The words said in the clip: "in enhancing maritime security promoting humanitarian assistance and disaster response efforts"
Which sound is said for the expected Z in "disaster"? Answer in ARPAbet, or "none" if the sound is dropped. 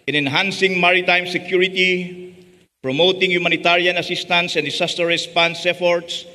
S